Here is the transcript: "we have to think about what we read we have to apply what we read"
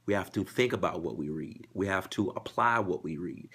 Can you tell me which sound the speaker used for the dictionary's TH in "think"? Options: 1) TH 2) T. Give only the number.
1